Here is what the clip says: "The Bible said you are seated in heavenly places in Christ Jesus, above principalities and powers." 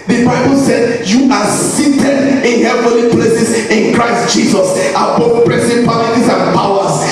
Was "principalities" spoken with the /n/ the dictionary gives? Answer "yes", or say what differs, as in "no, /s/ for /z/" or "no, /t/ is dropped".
no, /n/ is dropped